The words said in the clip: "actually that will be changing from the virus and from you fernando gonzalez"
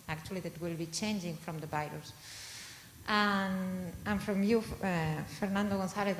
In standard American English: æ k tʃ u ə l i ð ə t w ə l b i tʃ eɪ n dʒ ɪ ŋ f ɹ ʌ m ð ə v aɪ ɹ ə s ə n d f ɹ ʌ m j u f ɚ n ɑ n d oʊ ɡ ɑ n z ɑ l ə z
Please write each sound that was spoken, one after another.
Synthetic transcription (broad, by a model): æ k tʃ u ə l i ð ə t w ə l b i tʃ eɪ n dʒ ɪ ŋ f ɹ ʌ m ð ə b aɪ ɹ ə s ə n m f ɹ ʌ m j u f ɚ n ɑ n d oʊ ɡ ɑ n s ɑ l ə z